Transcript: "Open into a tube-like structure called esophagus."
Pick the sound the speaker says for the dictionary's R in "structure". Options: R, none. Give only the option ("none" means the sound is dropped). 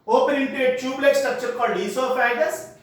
none